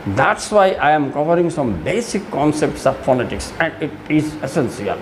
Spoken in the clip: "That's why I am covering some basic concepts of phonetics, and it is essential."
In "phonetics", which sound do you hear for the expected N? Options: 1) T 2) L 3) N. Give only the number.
2